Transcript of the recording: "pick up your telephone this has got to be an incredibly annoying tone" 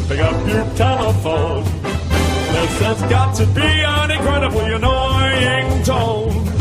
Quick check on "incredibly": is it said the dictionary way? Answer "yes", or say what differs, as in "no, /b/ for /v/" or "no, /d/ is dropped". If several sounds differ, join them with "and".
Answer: no, /n/ is dropped